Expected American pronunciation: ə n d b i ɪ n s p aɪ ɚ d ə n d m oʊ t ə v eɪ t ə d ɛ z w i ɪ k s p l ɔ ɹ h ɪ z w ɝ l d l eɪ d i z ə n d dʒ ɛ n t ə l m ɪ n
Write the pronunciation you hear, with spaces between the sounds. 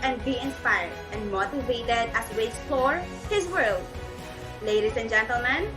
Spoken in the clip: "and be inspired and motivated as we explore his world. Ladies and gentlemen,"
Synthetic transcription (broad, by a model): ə n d b i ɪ n s p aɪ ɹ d ə n d m oʊ t ə v eɪ t ə d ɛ s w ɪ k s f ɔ ɹ h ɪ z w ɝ l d l eɪ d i s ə n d dʒ ɛ n t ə l m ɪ n